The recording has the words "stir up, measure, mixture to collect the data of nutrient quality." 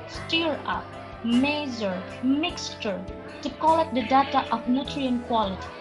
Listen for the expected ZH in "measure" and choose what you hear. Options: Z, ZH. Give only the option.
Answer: Z